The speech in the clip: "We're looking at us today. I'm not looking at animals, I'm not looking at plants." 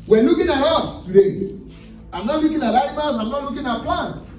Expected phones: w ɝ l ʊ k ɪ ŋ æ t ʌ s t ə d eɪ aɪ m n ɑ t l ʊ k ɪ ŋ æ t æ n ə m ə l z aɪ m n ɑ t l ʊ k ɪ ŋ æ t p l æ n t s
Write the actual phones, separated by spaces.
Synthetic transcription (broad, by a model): w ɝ l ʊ k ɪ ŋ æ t ʌ s t ə d eɪ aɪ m n ɑ t l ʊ k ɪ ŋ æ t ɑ ə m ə z aɪ m n ɑ t l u k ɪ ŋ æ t p l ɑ n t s